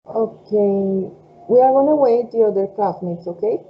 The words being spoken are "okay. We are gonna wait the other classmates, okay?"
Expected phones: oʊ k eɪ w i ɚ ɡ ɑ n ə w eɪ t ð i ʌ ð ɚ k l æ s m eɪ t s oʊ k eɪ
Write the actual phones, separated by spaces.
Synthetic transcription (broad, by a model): oʊ k eɪ w i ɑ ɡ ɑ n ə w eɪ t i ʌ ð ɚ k ɑ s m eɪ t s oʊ k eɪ